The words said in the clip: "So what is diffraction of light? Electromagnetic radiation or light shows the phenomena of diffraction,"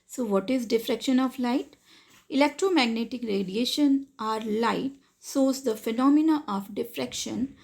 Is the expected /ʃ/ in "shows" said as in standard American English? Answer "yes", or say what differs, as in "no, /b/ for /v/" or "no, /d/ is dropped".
no, /s/ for /ʃ/